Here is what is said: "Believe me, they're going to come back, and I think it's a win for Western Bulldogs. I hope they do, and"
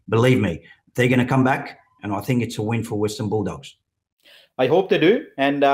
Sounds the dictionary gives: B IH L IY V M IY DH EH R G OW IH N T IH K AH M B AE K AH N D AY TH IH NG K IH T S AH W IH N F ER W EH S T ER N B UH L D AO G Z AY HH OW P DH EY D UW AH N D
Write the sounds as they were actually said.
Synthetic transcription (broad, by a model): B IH L IY V M IY DH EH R G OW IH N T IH K AH M B AE K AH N AY TH IH NG K IH T S AH W IH N F ER W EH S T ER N B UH L D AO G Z AY HH OW P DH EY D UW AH N